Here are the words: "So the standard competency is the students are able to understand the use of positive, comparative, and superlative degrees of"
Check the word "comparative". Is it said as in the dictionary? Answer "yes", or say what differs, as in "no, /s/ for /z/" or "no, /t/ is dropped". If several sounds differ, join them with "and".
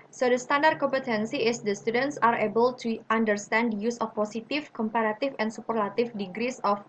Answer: no, /f/ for /v/